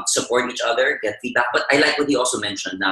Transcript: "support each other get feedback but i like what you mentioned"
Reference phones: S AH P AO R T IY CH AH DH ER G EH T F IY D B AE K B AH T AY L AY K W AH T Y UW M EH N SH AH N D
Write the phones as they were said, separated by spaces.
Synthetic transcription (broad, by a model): S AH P AO R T IY CH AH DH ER G EH T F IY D AA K B AH T AY L AY K W AH T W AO M EH N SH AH N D